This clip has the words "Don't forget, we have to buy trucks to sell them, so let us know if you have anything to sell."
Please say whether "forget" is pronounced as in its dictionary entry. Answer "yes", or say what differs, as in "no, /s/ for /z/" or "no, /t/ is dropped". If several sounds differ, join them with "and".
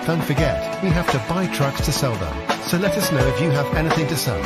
yes